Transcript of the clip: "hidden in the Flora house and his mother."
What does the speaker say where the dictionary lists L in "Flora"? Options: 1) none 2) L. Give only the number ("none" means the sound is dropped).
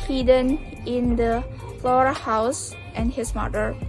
2